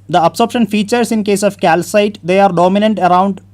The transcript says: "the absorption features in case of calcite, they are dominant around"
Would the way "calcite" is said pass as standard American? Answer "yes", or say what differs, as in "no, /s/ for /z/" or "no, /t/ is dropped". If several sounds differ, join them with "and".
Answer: yes